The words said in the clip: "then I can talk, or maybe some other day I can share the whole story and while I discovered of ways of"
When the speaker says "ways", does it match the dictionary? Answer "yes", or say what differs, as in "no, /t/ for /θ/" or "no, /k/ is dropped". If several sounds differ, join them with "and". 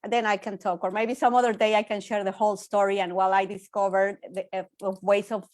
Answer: no, /s/ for /z/